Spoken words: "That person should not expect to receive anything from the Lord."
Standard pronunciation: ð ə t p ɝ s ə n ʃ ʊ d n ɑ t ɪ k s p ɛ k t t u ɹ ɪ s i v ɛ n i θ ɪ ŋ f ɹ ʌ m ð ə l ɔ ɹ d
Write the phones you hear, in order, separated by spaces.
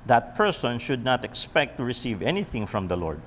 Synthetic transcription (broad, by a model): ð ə t p ɝ s ə n ʃ ʊ d n ɑ t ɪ k s p ɛ k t t u ɹ ɪ s i v ɛ n i θ ɪ ŋ f ɹ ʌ m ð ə l ɔ ɹ d